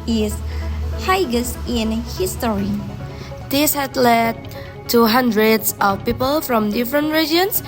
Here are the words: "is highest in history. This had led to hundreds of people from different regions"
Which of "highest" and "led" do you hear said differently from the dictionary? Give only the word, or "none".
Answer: highest